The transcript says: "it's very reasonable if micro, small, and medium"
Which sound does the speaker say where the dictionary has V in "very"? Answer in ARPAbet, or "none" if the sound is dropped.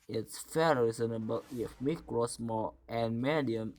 F